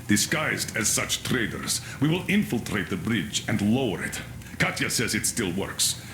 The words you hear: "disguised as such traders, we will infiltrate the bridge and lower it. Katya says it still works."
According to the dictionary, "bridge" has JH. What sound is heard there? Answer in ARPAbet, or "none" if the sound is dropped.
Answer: JH